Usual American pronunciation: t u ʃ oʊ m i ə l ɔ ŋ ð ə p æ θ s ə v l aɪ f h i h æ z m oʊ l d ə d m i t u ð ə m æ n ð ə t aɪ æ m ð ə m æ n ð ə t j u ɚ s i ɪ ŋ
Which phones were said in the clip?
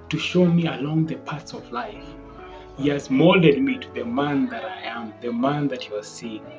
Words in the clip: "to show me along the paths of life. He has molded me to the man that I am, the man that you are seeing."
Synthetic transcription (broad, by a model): t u ʃ oʊ m i ə l ɔ ŋ ð ə p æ t s ə v l aɪ f h i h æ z m oʊ l d ə d m i t u ð ə m æ n ð ə t aɪ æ m ð ə m æ n ð ə t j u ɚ s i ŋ